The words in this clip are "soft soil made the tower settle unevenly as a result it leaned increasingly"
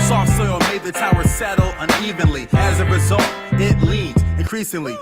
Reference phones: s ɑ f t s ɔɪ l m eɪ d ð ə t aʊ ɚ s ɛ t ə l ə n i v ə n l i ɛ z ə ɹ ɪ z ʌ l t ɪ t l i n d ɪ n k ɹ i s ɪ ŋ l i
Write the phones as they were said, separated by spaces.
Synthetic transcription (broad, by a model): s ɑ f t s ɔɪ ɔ m eɪ d ð ə t aʊ ɚ s ɛ t l ə n i v ə n l i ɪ z ə ɹ ɪ z ʌ l t ɪ t l i d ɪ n k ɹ i s ɪ ŋ l i